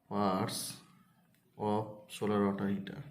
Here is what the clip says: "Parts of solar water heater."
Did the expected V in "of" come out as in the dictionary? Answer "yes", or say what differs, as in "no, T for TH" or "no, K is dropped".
no, P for V